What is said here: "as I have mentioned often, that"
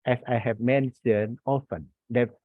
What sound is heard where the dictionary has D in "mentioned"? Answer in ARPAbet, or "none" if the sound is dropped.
none